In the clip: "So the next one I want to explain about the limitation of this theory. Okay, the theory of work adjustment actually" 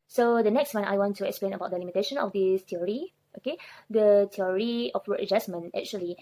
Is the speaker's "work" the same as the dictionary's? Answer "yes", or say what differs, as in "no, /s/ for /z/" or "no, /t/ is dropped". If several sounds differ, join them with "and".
no, /k/ is dropped